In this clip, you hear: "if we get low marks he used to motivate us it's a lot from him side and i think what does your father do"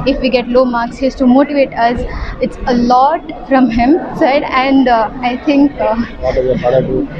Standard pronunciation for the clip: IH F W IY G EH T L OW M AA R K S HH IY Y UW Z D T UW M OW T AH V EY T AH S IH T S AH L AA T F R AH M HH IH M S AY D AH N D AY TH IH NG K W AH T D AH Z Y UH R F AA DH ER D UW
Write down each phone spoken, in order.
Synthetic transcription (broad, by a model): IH F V IY G EH T L OW M AA R K S HH IY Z T UW M OW T AH V EY T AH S IH T S AH L AA T F R AH M HH IH M S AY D AH N D AY T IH NG K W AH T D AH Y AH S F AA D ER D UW